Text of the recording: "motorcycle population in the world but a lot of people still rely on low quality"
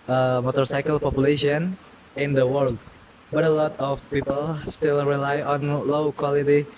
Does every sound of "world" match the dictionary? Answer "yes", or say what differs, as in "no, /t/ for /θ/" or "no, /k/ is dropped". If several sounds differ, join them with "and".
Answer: yes